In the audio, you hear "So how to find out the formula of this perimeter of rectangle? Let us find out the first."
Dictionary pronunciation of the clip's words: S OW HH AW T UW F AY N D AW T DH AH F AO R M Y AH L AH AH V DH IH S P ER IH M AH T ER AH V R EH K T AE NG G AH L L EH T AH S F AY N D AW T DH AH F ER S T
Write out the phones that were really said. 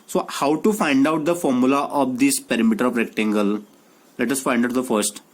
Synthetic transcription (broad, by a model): S OW HH AW T UW F AY N D AW T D AH F AO R M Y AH L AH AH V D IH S P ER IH M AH T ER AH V R EH K T AE NG G AH L L EH T AH S F AY N D AW T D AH F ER S T